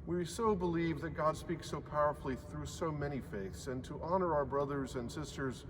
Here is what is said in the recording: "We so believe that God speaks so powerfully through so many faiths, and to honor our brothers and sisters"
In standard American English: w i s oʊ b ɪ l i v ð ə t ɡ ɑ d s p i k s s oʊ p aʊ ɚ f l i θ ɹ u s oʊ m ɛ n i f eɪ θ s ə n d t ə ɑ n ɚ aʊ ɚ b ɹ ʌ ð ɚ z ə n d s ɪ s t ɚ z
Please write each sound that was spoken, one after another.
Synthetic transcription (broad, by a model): w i s oʊ b ɪ l i v ð ə t ɡ ɑ d s p i k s s oʊ p aʊ ɚ f l i θ ɹ u s oʊ m ɛ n i f eɪ θ s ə n t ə ɑ n ɚ aʊ ɚ b ɹ ʌ ð ɚ z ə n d s ɪ s t ɚ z